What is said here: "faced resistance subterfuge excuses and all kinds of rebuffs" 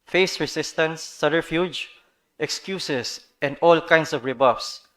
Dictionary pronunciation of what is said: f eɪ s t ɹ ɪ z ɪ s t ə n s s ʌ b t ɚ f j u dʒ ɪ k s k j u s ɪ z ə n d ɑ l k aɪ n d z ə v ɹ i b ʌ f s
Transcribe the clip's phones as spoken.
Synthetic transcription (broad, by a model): f eɪ s ɹ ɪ s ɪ s t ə n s s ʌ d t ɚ f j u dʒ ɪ k s k j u s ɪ s ə n d ɑ l k aɪ n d s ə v ɹ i b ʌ f s